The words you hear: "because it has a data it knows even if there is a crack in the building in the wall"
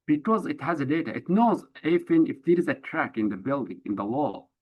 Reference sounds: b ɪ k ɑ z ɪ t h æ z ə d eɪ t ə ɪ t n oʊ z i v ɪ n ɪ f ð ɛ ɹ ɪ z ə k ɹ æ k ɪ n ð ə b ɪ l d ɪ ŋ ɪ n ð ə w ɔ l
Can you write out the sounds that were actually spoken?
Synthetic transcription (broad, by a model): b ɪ k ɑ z ɪ t h æ z ə d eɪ t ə ɪ t n oʊ z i f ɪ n ɪ f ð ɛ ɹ ɪ z ə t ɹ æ k ɪ n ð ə b ɪ l d ɪ ŋ ɪ n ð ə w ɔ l